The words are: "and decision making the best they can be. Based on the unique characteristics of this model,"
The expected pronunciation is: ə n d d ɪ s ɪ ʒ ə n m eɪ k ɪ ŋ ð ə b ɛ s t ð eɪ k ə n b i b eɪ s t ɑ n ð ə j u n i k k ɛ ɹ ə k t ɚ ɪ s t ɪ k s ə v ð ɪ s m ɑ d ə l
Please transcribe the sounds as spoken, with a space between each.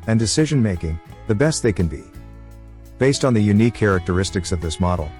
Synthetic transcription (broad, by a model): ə n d d ɪ s ɪ ʒ ə n m eɪ k ɪ ŋ ð ə b ɛ s t ð eɪ k ə n b i b eɪ s t n ð ə j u n i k k ɛ ɹ ə k t ɚ ɪ s t ɪ k s ə v ð ɪ s m ɑ d l